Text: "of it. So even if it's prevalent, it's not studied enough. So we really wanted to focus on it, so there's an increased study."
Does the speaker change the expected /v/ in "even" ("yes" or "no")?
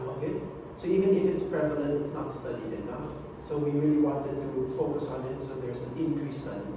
no